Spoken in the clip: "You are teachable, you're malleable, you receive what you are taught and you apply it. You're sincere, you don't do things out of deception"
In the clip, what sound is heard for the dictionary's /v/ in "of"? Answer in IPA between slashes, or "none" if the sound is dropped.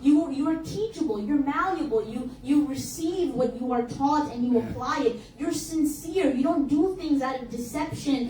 /v/